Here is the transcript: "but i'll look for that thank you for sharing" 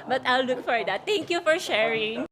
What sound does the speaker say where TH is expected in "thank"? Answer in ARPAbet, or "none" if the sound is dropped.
T